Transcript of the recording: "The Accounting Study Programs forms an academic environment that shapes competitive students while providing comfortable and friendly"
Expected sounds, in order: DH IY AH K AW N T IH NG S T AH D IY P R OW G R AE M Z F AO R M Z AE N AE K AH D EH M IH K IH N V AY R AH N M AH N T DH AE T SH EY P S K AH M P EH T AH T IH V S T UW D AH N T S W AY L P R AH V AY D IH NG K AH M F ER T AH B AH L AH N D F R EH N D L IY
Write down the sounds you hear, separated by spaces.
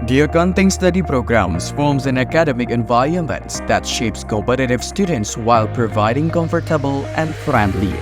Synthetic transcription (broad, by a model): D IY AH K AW N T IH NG S T AH D IY P R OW G R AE M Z F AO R M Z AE N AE K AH D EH M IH K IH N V AY AH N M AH N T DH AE T SH EY P S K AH P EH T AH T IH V S T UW D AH N T S W AY L P R AH V AY D IH NG K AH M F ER T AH B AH L AH N D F R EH N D L IY